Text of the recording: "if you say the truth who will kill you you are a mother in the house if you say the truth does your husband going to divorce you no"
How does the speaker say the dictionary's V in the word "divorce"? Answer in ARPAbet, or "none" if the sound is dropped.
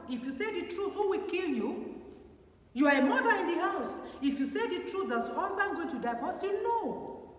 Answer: F